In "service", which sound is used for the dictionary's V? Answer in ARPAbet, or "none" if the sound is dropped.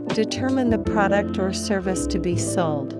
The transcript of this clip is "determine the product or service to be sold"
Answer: V